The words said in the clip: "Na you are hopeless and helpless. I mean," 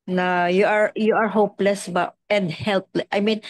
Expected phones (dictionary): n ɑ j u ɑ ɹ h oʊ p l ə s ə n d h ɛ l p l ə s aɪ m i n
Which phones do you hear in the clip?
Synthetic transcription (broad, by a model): n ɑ j u ɑ ɹ h oʊ p l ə s ə n d h ɛ l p l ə aɪ m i n